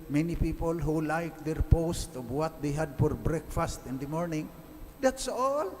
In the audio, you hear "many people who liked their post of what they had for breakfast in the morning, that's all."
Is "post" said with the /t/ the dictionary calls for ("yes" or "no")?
yes